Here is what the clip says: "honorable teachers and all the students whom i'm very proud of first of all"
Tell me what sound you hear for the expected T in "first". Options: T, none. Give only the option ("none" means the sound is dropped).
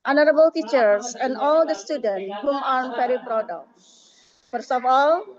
none